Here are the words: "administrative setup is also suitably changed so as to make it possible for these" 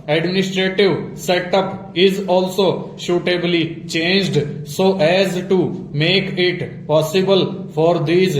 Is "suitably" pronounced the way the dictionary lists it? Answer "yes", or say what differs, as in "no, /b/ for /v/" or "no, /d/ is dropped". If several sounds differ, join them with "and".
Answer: no, /ʃ/ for /s/